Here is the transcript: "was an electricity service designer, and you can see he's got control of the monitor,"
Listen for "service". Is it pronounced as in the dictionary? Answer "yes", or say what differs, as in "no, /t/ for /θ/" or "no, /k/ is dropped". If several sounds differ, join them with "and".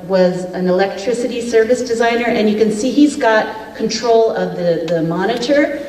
yes